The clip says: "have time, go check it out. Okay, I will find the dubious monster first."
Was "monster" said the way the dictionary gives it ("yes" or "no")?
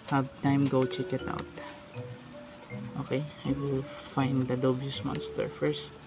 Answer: yes